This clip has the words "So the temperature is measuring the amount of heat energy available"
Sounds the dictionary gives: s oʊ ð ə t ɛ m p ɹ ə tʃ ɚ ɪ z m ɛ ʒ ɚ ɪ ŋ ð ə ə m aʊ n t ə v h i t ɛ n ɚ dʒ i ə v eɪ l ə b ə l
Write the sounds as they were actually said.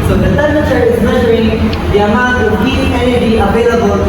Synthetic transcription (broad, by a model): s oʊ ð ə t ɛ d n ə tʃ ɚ ɪ z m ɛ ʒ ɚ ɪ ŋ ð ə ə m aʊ t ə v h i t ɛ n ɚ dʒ i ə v eɪ l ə b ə l